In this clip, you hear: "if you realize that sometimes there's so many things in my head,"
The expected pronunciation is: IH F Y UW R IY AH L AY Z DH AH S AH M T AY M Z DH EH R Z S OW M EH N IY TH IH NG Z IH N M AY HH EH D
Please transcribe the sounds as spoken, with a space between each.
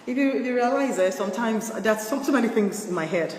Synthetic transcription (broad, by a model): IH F Y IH R IY AH L AY Z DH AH S AH M T AY M Z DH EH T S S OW M EH N IY TH IH NG Z IH N M AY HH EH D